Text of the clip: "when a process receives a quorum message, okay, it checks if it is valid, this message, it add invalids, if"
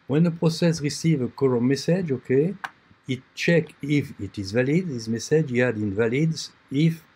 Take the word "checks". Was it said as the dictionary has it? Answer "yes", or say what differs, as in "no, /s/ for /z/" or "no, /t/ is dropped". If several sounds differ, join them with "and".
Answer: no, /s/ is dropped